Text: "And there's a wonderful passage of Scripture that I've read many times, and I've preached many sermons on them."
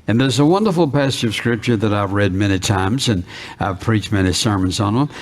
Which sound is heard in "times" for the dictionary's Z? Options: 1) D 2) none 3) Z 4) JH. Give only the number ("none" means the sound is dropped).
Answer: 3